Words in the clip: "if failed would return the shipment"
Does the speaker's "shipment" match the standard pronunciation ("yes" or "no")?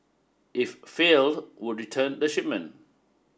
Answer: no